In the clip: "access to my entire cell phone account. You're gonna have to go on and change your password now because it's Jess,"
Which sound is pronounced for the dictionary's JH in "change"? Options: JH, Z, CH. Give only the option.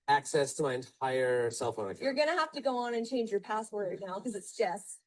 JH